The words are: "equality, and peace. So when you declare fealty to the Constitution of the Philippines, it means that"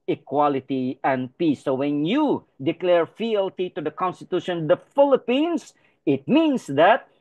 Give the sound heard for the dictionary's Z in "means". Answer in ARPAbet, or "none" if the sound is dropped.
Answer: S